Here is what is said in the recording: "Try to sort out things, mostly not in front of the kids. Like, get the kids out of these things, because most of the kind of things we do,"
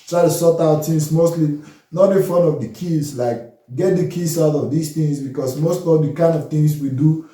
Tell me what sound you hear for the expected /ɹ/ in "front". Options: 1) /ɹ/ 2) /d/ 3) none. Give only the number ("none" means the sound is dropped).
3